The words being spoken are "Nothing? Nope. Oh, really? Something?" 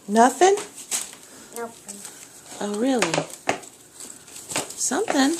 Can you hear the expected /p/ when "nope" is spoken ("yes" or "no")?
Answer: no